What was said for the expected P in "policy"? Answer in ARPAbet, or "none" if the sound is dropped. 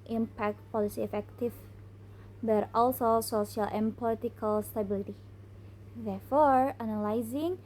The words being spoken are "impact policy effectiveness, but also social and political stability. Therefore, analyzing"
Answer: P